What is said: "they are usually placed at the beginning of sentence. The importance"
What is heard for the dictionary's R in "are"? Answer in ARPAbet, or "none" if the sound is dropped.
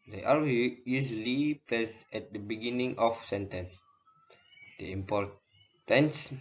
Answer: W